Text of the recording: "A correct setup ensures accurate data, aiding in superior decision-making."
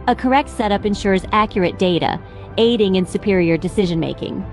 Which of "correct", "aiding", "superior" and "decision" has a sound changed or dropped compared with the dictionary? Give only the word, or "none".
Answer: none